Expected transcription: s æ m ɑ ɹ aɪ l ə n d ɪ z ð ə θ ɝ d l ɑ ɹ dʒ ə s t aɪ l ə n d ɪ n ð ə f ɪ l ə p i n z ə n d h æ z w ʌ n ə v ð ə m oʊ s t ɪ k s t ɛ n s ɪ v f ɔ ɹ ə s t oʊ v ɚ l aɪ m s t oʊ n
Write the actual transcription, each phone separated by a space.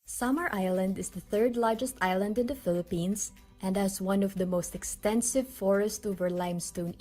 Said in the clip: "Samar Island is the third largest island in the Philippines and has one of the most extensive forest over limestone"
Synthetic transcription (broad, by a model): s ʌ m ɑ ɹ aɪ l ə n d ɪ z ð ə θ ɝ d l ɑ ɹ dʒ ə s t aɪ l ə n d ɪ n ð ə f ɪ l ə p i n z ə n d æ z w ʌ n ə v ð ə m oʊ s t ɪ k s t ɛ n s ɪ v f ɔ ɹ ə s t oʊ v ɚ l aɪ m s t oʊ n